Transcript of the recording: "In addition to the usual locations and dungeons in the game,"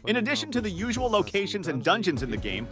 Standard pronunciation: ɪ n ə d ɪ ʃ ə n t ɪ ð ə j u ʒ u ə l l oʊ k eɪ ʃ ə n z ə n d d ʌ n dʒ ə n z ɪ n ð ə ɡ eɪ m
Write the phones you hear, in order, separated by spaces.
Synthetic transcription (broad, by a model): ɪ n ə d ɪ ʃ ə n t ɪ ð ə j u ʒ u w l l oʊ k eɪ ʃ ə n z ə n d d ʌ n dʒ ə n z ɪ n ð ə ɡ eɪ m